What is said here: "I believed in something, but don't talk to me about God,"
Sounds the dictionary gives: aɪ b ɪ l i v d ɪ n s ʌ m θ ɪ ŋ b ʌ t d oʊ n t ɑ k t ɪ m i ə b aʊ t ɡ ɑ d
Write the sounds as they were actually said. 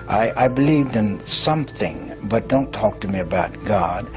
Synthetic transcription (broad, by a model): aɪ b ɪ l i v d ɪ n s ʌ m θ ɪ ŋ b ʌ t d oʊ n t ɑ k t ɪ m i ə b aʊ t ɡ ɑ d